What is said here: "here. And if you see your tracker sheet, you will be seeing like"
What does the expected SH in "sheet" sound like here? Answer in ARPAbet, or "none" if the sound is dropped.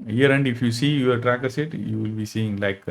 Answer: S